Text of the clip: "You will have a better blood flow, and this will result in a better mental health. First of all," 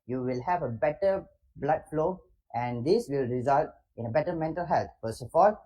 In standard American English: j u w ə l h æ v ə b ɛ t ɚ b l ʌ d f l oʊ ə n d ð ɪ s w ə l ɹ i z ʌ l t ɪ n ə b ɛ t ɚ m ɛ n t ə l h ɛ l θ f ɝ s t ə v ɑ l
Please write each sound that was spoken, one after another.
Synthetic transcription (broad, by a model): j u w ə l h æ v ə b ɛ t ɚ b l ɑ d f l oʊ ə n d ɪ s w ə l ɹ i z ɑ l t ɪ n ə b ɛ t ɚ m ɛ n t ə l h ɛ l t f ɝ s ə f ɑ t